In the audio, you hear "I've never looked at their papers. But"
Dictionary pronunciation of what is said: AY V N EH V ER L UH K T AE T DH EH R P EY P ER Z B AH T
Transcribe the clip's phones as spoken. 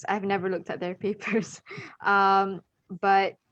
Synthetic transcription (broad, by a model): AY V N EH V ER L UH K T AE T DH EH R P EY P ER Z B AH T